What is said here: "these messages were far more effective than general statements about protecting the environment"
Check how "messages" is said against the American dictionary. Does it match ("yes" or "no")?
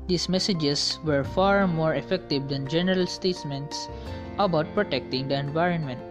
no